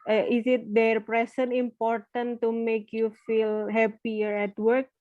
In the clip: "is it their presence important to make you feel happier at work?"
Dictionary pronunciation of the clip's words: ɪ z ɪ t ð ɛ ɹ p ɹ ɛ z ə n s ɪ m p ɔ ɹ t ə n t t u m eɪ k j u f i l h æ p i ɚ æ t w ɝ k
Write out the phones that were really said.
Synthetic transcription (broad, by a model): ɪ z ɪ t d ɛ ɹ p ɹ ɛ s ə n ɪ m p ɔ ɹ t ə n t t u m eɪ k j u f i l h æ p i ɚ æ t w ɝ k